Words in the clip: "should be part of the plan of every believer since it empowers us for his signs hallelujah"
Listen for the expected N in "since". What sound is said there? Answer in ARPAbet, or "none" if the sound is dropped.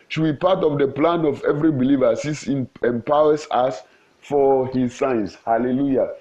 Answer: none